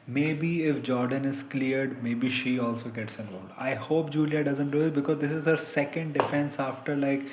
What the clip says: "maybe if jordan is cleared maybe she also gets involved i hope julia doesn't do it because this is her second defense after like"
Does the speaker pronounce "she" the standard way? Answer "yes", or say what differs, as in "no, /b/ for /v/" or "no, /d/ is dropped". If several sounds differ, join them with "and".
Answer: yes